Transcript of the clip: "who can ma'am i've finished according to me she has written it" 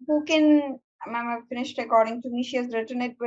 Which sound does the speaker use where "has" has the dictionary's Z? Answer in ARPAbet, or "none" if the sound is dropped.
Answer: S